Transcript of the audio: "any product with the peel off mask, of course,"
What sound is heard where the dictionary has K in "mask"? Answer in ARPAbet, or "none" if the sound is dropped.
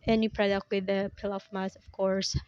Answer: none